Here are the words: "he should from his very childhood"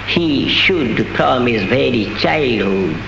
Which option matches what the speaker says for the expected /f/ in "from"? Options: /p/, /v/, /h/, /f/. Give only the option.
/p/